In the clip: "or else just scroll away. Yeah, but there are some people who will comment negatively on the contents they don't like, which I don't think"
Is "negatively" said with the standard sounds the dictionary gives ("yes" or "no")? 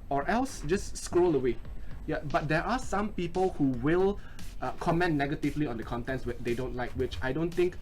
yes